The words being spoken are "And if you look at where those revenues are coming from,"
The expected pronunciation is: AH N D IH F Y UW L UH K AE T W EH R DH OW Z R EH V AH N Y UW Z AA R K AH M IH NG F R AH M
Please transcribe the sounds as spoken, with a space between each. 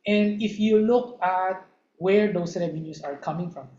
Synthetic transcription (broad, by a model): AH N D IH F Y UW L UH K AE T W EH R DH OW S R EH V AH N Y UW S AA R K AH M IH NG F R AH M